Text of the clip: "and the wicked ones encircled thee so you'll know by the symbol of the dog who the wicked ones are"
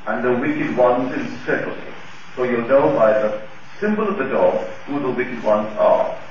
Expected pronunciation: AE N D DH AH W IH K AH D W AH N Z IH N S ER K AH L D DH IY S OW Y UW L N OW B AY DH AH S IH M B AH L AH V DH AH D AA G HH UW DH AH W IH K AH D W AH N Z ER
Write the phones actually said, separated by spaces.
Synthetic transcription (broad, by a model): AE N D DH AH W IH K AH D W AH N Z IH L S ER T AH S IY S OW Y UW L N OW B AY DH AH S IH M B AH L AH V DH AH D AA G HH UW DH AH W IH K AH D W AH N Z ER